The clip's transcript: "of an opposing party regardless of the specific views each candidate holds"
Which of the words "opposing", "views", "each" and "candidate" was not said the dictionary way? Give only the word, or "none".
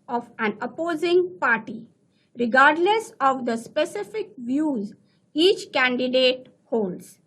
none